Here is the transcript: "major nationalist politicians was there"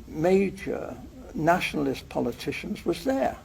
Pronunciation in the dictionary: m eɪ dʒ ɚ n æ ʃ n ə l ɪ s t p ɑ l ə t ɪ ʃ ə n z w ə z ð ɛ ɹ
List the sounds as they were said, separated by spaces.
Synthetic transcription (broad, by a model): m eɪ dʒ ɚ n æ ʃ n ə l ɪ s p ɑ l ə t ɪ ʃ ə n z w ə z ð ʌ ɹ